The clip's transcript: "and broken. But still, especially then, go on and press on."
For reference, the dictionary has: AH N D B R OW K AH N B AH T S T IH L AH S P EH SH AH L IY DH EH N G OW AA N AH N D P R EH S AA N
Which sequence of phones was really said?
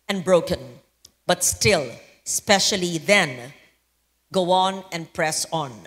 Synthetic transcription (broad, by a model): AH N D B R OW K AH N B AH T S T IH L S P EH SH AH L IY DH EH N G OW AA N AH N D P R EH S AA N